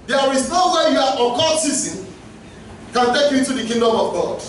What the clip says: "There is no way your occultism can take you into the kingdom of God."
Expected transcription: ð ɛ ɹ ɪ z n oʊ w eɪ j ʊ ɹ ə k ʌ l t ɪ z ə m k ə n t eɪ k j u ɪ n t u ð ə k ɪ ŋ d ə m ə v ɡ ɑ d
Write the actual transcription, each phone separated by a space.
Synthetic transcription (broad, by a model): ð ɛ ɹ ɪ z n oʊ w eɪ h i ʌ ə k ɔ t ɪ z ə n k ə n t eɪ k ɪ t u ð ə k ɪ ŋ d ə m ə v ɡ ɑ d